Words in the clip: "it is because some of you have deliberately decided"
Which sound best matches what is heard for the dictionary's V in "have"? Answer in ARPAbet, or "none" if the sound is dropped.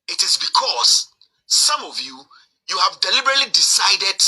V